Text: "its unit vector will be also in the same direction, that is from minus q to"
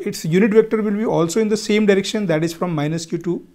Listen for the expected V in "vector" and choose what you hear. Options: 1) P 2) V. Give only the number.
2